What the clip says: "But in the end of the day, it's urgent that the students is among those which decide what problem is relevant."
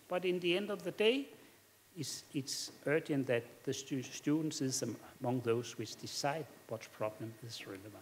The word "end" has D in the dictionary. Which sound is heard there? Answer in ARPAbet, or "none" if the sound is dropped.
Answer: D